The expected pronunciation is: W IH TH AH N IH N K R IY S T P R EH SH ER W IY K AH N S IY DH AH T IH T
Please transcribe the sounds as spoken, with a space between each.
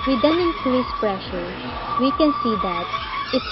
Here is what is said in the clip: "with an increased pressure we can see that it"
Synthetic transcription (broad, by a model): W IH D AH N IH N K IY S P R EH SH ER W IY K AH N S IY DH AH T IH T